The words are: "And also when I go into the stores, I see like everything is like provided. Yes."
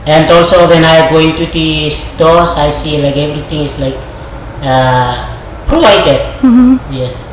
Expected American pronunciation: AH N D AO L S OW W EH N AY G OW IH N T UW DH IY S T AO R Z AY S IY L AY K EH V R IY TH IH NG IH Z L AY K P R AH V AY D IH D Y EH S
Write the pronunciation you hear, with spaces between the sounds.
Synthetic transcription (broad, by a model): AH N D AO L S OW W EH N AY G OW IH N T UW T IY S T AO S AY S IY L AY K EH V R IY T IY NG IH S L AY K P R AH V AY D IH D Y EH S